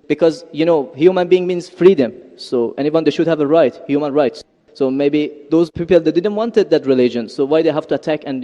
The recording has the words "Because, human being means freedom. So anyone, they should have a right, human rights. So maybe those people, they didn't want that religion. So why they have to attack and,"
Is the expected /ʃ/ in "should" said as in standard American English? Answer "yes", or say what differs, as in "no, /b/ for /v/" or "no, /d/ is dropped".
yes